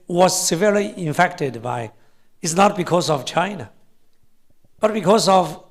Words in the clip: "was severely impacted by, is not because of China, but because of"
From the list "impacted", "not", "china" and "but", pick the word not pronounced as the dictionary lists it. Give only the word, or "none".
impacted